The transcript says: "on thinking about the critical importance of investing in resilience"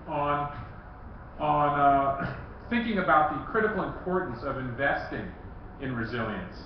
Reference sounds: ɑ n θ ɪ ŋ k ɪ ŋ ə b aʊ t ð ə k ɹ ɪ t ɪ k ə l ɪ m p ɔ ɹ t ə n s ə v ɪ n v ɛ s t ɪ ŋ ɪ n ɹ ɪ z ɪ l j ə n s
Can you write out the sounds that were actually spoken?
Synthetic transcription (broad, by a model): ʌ n θ ɪ ŋ k ɪ ŋ ə b aʊ t ð ə k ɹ ɪ t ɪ k l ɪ m p ɔ ɹ t n s ə v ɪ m v ɛ s t ɪ ŋ ɪ n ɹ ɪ z ɪ l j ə n s